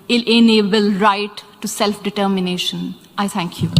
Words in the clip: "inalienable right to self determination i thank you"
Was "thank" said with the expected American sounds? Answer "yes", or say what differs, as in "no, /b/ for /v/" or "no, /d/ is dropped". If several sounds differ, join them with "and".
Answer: no, /t/ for /θ/